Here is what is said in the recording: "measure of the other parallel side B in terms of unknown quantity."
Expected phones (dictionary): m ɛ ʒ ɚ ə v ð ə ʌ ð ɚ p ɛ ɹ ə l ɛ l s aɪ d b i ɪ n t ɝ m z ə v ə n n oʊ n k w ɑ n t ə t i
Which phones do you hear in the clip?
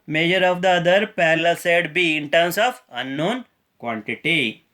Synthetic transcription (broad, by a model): m ɛ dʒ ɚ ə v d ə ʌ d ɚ p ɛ l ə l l s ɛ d b i ɪ n t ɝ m s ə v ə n n oʊ n k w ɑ n t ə t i